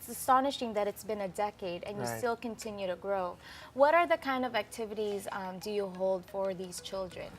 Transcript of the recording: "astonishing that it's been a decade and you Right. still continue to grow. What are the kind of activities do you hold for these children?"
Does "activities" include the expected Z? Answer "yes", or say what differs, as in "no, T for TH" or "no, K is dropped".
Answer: yes